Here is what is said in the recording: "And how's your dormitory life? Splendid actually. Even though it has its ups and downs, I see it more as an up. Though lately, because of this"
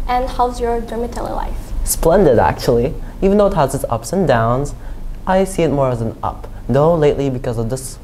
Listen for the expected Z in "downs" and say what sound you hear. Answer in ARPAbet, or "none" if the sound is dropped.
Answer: Z